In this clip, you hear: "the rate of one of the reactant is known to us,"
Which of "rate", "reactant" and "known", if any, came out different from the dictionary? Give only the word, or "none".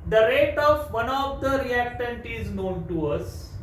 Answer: none